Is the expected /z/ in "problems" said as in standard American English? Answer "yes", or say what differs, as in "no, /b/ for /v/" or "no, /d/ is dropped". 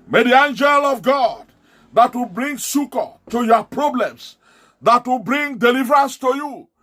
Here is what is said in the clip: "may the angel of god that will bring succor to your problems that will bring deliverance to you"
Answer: no, /s/ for /z/